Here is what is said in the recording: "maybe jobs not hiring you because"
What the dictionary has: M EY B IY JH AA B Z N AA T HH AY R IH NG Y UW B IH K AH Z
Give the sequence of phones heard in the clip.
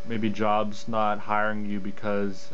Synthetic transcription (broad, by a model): M EY B IY JH AA B Z N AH T HH AY R IH NG Y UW B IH K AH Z